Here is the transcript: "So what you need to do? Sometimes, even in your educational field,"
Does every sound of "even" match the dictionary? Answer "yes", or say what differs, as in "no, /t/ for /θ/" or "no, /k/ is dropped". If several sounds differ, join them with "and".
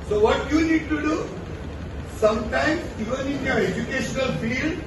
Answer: yes